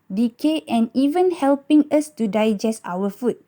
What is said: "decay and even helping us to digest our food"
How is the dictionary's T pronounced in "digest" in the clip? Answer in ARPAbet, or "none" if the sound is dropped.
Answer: T